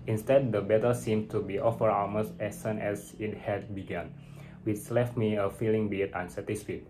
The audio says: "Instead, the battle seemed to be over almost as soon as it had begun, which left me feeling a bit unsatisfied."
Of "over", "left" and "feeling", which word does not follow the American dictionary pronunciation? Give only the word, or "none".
over